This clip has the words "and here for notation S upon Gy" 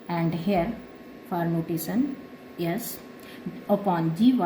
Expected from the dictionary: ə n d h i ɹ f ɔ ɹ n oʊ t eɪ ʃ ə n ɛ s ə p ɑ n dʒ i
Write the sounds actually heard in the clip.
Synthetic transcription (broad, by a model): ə n d h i ɹ f ɔ ɹ n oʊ t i s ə n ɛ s ə p ɑ n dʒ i